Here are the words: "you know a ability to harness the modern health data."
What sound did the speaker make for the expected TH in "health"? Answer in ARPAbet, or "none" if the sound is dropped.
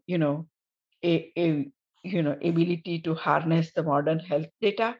T